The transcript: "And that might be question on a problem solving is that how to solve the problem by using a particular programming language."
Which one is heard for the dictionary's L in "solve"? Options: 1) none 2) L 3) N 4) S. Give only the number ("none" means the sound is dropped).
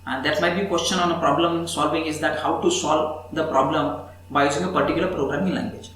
2